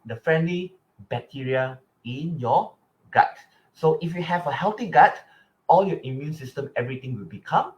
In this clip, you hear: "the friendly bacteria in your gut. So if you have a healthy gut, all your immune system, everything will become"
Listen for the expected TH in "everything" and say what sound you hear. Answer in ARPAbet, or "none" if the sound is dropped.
T